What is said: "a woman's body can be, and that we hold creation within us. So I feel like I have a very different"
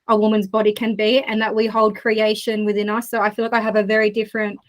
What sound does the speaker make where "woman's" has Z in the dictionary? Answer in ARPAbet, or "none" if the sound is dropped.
Z